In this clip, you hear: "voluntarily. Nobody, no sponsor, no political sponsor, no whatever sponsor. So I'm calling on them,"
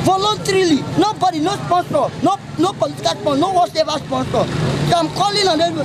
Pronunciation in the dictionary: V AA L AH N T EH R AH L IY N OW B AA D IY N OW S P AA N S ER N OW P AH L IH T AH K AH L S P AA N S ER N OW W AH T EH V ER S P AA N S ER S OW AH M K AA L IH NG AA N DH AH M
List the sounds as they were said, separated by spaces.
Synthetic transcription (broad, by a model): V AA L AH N T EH R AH L IY N OW B AA D IY N OW S P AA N S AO N OW P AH L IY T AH K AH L S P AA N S N OW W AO S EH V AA S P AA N S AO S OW AH M K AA L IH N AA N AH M